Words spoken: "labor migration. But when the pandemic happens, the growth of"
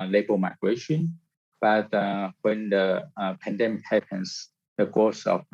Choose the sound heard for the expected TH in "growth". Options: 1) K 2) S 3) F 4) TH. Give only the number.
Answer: 2